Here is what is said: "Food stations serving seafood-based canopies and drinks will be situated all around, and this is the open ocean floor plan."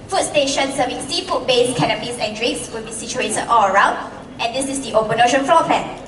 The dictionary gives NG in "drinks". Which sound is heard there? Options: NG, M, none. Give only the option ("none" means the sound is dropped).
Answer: none